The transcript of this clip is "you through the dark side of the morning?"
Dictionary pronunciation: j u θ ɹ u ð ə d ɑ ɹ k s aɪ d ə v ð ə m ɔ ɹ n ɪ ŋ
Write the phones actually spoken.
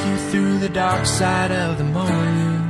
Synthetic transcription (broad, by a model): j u θ ɹ u ð ə d ɑ ɹ k s aɪ d ə v ð ə m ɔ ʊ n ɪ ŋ